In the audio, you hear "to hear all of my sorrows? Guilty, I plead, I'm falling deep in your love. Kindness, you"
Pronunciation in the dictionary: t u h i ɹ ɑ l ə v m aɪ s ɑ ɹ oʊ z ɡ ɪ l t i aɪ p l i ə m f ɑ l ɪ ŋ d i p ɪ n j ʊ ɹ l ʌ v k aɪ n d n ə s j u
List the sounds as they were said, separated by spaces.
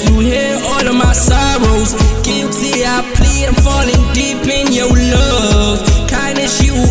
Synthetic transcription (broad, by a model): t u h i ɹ ɑ l ə v m aɪ s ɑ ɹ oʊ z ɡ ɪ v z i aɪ p l i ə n f ɑ l ɪ ŋ d i p ɪ n j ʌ ɹ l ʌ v k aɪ n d ə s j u